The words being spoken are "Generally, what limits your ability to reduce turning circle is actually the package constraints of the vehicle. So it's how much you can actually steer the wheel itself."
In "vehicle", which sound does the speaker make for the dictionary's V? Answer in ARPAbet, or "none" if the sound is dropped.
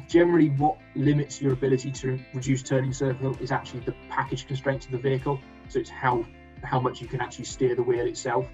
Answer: V